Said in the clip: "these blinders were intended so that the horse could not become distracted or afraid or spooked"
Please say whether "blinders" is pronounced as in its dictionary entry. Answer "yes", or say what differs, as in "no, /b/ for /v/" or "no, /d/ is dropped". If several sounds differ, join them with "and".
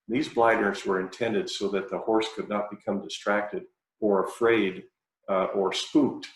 no, /n/ is dropped